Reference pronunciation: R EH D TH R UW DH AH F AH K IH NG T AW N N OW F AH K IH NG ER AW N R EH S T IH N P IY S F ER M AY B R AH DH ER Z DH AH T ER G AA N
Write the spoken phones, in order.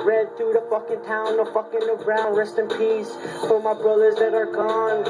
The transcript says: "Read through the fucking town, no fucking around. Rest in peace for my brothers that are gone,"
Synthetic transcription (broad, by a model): R EH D TH R UW DH AH F AH K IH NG T AW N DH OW F AH K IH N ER AW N R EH S T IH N P IY S F ER M AY B R AH DH ER Z DH AH T ER G AA N